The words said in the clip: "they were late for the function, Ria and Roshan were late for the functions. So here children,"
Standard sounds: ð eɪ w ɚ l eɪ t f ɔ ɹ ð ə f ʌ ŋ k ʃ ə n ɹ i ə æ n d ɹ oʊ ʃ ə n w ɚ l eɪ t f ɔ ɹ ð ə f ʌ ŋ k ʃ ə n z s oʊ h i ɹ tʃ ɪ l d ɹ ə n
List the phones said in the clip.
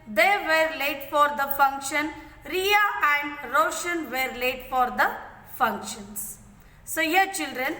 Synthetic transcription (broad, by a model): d eɪ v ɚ l eɪ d f ɔ ɹ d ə f ʌ ŋ k ʃ ə n ɹ i ə æ n d ɹ oʊ ʃ ə n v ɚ l eɪ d f ɔ ɹ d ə f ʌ ŋ k ʃ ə n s s oʊ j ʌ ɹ tʃ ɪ l d ɹ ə n